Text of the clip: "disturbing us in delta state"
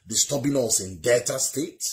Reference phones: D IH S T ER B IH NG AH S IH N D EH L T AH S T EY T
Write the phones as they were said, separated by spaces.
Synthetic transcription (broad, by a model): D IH S T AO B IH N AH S IH N D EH T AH S T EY T